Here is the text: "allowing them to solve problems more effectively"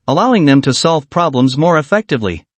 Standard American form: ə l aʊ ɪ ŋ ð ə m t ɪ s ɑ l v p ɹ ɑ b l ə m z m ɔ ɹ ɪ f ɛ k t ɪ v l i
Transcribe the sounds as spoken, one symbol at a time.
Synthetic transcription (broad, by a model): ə l aʊ ɪ ŋ ð ə m t ɪ s ɑ l v p ɹ ɑ b l ə m z m ɔ ɹ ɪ f ɛ k t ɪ v l i